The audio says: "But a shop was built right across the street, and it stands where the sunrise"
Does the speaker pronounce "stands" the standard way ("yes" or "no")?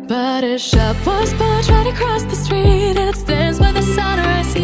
yes